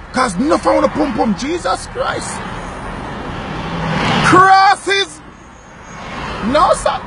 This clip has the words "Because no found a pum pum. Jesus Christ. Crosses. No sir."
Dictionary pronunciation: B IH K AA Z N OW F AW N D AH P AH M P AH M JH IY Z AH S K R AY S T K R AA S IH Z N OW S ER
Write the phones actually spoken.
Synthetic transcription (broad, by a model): K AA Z N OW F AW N AH P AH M P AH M JH IY Z AH S K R AY S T K R AA S IH Z N OW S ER